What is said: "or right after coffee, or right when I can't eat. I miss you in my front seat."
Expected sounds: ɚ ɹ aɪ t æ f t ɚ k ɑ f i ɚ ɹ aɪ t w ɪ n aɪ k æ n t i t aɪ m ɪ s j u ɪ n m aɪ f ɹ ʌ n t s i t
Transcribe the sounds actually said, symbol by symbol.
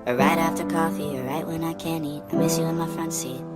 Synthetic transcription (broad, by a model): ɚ ɹ aɪ t æ f t ɚ k ɑ f i ɚ ɹ aɪ t w ɪ n aɪ k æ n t i t aɪ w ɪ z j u ɪ n m aɪ f ɹ ʌ n t s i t